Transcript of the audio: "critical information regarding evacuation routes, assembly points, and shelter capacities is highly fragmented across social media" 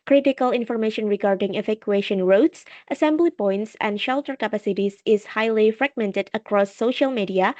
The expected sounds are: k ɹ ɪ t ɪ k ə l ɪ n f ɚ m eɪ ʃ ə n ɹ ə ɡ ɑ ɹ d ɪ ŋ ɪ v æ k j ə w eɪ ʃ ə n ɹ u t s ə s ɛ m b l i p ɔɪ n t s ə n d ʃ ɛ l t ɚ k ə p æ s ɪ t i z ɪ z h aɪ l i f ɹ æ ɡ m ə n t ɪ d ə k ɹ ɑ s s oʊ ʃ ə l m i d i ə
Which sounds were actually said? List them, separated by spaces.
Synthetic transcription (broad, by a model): k ɹ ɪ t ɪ k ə l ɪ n f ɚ m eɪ ʃ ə n ɹ ə ɡ ɑ ɹ d ɪ ŋ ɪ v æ k j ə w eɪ ʃ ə n ɹ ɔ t s ə s ɛ m b l i p ɔɪ n t s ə n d ʃ ɛ l t ɚ k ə p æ s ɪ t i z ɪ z h aɪ l i f ɹ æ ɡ m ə n t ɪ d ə k ɹ ɑ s s oʊ ʃ ə l m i d i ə